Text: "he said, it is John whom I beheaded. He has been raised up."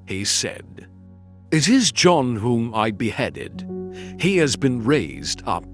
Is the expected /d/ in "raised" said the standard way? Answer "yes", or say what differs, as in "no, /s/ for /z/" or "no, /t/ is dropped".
yes